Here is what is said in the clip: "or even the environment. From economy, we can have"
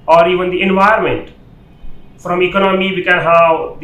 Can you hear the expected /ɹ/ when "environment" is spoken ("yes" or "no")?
no